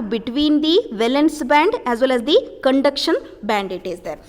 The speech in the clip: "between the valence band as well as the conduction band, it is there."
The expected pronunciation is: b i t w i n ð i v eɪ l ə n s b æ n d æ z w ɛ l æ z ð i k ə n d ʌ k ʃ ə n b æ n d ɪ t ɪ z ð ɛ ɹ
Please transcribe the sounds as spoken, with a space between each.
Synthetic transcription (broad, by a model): b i t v i n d i v eɪ l ə n s b æ n d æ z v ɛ l æ z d i k ə n d ʌ k ʃ ə n b æ n d ɪ t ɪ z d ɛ ɹ